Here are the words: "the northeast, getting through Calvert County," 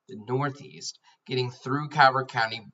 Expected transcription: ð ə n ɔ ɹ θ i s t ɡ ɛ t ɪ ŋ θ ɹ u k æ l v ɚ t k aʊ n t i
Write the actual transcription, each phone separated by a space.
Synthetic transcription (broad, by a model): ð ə n ɔ ɹ θ i s t ɡ ɛ t ɪ ŋ θ ɹ u k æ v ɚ k aʊ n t i